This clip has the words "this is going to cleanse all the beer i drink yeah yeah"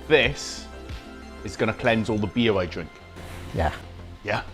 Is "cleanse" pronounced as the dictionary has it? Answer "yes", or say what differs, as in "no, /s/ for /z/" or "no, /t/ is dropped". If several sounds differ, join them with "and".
yes